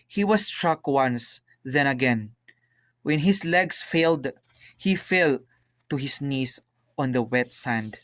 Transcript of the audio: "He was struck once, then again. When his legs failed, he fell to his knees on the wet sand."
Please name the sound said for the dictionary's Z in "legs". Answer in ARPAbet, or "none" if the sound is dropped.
S